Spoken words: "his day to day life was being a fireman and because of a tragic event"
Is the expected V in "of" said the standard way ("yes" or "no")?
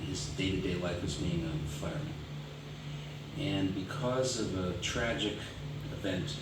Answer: yes